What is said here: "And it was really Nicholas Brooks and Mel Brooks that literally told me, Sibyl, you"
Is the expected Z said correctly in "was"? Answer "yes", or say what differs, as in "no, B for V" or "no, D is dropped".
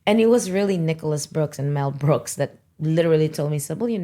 yes